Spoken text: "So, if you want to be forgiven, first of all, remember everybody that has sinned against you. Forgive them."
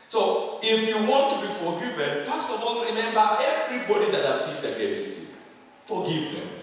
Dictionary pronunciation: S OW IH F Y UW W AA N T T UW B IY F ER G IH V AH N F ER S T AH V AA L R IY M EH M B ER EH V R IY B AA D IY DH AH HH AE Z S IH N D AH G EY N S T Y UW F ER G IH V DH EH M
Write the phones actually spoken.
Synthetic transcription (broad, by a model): S OW IH F Y UW W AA N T T UW B IY F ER G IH V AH N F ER S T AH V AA N R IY M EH M B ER EH V R IY B AA D IY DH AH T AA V S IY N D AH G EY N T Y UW F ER G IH V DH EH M